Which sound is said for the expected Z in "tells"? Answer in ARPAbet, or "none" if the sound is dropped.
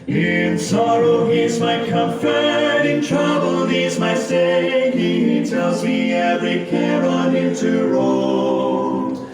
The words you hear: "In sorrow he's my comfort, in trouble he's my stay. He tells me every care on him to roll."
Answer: Z